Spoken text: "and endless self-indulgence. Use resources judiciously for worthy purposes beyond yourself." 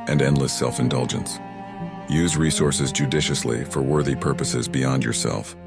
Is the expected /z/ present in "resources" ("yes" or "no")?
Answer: yes